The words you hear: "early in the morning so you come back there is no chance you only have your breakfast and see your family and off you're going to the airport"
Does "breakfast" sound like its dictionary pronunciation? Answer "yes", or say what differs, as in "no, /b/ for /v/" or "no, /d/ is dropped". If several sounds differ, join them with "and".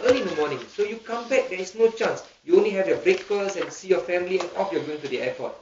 no, /t/ is dropped